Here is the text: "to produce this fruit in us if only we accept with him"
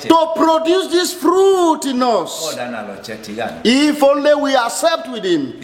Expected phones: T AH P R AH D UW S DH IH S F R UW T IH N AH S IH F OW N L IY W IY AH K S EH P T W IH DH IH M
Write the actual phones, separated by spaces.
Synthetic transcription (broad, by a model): T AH P R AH D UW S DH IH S F R UW T IH N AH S IH F OW N L IY W IY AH S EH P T W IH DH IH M